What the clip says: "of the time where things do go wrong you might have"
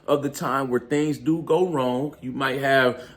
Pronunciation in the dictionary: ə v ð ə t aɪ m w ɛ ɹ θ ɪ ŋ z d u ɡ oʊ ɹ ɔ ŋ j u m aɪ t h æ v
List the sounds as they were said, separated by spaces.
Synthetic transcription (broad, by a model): ə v ð ə t aɪ m w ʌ ɹ θ ɪ ŋ z d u ɡ oʊ ɹ ɔ ŋ j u m aɪ t h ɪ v